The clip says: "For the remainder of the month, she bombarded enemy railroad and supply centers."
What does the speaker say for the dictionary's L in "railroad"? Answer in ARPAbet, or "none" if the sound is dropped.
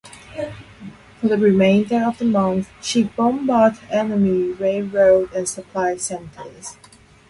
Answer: none